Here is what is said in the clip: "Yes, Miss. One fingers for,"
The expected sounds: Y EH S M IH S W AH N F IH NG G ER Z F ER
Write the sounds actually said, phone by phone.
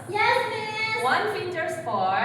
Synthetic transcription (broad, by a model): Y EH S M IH W AH N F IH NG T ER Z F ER